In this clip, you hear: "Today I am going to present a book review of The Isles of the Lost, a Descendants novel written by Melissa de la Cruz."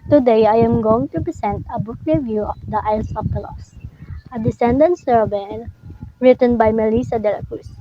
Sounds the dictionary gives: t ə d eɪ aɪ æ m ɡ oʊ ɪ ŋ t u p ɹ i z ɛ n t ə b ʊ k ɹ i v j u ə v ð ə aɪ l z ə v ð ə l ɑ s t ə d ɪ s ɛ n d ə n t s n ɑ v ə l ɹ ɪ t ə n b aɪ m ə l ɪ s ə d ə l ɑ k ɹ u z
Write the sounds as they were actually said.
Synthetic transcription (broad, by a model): t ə d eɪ aɪ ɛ m ɡ oʊ ɪ ŋ t u p ɹ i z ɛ n t ə b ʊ k ɹ i v j u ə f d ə aɪ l s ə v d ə l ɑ s ə d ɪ s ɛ n d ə n s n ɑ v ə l ɹ ɪ t ə n b aɪ m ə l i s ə d ə l ɑ k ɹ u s